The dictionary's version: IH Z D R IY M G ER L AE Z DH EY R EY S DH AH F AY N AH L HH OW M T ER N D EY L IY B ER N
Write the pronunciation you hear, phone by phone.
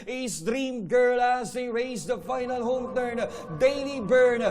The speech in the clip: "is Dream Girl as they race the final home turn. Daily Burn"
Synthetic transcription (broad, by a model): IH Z D R IY M G ER L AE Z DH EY R EY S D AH F AY N AH L HH OW M T ER N D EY N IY B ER N